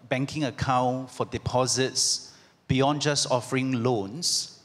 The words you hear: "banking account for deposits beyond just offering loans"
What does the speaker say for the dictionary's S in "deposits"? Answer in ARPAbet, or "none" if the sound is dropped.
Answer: S